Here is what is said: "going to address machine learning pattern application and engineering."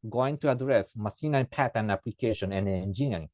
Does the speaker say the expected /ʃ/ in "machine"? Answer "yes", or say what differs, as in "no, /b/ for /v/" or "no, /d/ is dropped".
no, /s/ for /ʃ/